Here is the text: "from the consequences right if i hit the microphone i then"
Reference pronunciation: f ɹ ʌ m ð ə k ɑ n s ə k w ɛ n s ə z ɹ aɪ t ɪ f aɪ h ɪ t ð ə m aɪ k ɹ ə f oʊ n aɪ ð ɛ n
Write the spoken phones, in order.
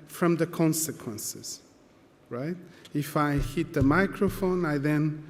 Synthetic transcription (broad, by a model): f ɹ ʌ m ð ə k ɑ n s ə k w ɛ n s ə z ɹ aɪ t ɪ f aɪ h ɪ t ð ə m aɪ k ɹ ə f oʊ n aɪ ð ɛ n